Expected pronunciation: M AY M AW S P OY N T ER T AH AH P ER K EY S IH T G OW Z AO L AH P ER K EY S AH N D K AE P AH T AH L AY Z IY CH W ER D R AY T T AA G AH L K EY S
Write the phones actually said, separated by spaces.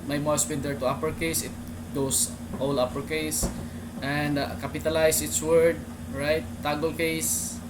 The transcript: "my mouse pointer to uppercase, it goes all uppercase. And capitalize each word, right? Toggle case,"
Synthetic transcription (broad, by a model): M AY M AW S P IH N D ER T AH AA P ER K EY S IH T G OW S AO L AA P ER K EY S AH N D K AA P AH T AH L AY S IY S W ER D R AY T T AA G AH L K EY S